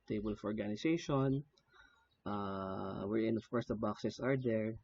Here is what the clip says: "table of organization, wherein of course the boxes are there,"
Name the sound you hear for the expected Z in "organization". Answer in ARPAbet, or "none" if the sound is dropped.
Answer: S